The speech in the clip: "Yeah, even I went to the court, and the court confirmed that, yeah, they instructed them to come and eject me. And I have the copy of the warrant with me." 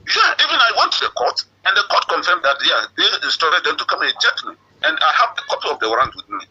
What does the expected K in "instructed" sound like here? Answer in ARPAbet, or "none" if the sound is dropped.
none